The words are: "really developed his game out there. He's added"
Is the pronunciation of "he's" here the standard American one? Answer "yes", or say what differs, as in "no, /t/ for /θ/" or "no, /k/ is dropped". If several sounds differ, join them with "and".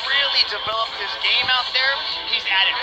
yes